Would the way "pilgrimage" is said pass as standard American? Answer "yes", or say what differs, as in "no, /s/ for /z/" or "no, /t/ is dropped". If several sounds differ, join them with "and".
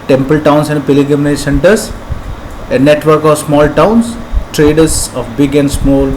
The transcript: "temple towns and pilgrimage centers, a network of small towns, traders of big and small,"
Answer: no, /ɹ/ is dropped